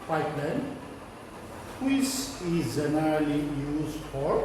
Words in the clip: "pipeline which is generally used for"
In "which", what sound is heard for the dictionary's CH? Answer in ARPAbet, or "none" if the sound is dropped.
S